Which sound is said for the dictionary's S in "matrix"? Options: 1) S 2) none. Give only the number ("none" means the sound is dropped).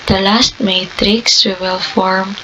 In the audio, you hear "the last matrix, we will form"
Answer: 1